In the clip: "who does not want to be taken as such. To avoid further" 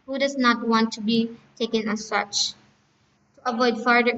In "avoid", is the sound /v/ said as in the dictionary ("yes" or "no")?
yes